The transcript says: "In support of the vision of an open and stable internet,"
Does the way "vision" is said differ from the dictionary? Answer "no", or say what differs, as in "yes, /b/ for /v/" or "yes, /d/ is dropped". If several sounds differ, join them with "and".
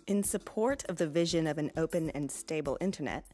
no